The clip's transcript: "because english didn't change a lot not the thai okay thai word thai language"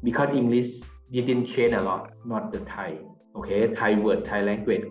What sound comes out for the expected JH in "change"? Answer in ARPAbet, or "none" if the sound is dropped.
none